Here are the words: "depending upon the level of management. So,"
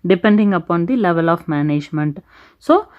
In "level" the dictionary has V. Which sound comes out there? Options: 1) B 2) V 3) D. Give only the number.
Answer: 2